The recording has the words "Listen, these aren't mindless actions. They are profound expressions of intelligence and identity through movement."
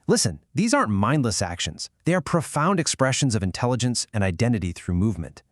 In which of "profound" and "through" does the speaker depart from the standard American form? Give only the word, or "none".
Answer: none